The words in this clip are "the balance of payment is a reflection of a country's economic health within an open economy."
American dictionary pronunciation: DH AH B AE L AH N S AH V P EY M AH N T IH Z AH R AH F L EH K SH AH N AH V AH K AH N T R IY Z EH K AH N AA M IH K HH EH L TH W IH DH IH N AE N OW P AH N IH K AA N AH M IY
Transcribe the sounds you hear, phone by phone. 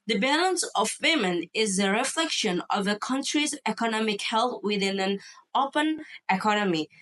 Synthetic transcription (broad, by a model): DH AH B AE L AH N S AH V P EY M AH N IH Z AH R AH F L EH K SH AH N AH V AH K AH N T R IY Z EH K AH N AA M IH K HH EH L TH W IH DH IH N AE N OW P AH N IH K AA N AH M IY